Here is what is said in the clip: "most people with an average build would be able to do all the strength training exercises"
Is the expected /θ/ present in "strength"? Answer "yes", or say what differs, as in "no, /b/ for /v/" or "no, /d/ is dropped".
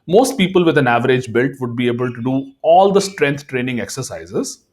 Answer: no, /t/ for /θ/